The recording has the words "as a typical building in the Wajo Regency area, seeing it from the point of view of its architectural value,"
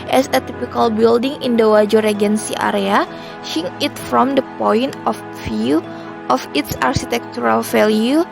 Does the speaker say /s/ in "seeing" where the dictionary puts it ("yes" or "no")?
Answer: no